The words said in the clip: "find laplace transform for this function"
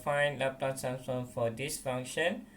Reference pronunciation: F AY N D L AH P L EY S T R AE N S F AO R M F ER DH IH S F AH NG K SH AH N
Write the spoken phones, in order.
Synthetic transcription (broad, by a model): F AY N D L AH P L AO T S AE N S AO F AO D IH S F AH NG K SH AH N